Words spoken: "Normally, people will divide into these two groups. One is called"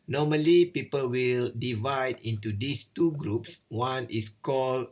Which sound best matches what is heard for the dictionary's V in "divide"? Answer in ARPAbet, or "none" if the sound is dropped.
V